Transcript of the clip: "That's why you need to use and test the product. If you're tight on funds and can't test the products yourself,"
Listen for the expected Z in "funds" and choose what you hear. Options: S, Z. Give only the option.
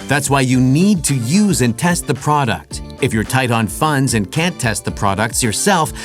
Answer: Z